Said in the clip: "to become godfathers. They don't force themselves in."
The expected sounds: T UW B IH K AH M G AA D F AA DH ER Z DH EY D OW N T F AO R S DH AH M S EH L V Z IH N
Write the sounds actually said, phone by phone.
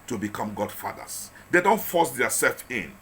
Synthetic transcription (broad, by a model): T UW B IH K AH M G AA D F AA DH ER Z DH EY D OW N T F AO S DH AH S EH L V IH N